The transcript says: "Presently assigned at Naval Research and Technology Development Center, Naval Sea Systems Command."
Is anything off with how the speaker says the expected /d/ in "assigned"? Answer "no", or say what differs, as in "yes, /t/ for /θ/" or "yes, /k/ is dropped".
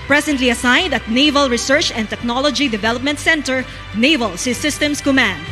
no